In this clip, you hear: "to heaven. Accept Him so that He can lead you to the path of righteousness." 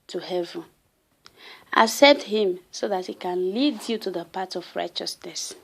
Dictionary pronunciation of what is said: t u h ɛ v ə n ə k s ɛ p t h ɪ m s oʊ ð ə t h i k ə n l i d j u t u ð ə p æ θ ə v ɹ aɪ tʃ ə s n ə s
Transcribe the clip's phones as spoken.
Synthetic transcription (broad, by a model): t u h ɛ v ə n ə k s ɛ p t h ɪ m s oʊ ð ə t h i k ə n l i d j u t u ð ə p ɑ t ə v ɹ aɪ tʃ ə s n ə s